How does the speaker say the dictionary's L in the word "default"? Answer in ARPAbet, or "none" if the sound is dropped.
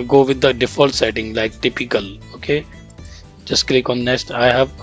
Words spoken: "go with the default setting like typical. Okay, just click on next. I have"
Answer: L